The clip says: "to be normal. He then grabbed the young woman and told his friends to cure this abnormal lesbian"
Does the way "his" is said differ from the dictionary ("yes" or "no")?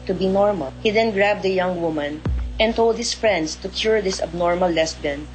yes